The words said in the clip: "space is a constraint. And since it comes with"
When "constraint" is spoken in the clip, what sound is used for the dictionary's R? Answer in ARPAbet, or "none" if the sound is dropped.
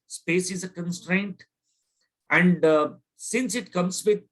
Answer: R